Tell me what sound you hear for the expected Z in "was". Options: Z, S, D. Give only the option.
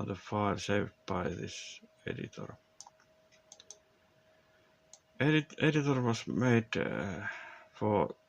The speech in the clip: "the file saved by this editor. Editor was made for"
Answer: S